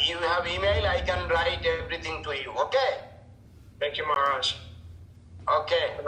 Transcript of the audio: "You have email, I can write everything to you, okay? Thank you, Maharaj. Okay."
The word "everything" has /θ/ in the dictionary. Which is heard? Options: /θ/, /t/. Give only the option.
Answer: /t/